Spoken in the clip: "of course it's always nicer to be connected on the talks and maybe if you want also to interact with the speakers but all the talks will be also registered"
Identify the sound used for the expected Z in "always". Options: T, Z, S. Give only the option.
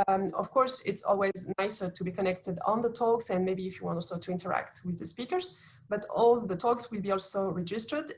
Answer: Z